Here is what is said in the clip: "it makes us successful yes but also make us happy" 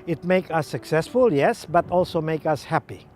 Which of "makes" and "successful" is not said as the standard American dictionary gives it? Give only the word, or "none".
makes